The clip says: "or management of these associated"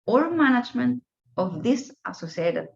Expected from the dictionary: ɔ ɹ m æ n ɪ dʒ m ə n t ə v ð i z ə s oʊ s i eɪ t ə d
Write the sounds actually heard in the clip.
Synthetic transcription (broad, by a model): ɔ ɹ m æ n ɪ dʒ m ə n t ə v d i s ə s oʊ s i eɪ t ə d